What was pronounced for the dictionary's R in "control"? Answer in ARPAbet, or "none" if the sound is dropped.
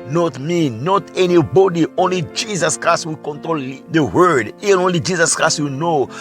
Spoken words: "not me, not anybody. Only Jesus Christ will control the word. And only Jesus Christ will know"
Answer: R